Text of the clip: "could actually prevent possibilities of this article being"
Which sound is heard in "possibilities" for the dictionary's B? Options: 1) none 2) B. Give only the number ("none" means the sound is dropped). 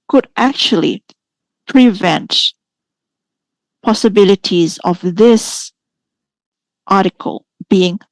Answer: 2